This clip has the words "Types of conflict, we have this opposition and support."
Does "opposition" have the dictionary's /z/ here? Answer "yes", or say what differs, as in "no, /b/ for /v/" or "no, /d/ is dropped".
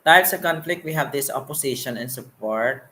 no, /s/ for /z/